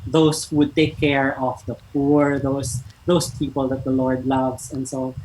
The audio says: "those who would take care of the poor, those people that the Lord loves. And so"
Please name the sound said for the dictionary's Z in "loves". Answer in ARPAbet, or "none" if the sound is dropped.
S